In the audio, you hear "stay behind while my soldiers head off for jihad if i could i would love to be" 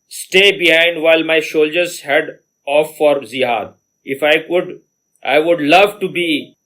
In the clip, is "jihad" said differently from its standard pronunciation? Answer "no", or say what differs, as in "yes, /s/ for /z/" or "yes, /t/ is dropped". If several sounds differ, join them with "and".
yes, /z/ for /dʒ/